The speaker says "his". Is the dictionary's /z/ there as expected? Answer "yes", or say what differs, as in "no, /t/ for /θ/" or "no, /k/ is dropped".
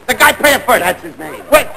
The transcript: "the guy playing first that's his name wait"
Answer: yes